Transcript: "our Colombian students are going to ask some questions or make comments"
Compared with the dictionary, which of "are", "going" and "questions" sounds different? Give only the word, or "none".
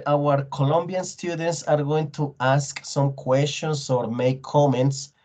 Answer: questions